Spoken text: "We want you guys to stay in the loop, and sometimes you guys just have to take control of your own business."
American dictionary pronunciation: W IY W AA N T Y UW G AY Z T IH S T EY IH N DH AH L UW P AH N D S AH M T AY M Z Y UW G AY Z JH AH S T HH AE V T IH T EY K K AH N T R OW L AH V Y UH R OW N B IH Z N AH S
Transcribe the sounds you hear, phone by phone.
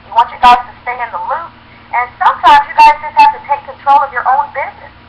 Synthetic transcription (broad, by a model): W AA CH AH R G AY Z T IH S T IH IH N DH AH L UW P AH N S AH M T AY M Z Y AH G AY Z JH AH S T HH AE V T IH T EY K K AH N T R OW L AH V Y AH R OW N B IH Z N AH S